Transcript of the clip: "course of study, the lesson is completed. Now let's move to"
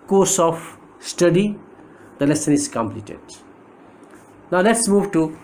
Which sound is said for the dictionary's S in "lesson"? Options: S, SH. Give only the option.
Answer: S